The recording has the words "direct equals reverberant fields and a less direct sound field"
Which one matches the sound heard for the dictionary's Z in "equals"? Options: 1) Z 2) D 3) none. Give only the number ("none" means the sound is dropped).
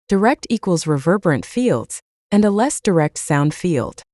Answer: 1